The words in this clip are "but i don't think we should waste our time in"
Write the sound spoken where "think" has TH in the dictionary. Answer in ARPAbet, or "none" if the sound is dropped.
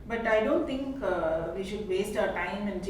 T